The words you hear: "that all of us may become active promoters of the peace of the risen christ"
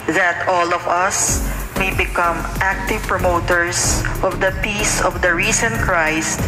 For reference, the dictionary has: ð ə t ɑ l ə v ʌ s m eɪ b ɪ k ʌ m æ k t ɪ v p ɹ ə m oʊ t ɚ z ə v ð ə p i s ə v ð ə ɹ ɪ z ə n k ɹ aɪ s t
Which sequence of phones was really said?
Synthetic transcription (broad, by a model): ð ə t ɑ l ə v ʌ s m eɪ b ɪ k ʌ m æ k t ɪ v p ɹ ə m oʊ t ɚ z ə v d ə p i s ə v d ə ɹ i s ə n k ɹ aɪ s t